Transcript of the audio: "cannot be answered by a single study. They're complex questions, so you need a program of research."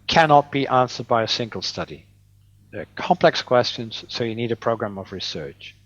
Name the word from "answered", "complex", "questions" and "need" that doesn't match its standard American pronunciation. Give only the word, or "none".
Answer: none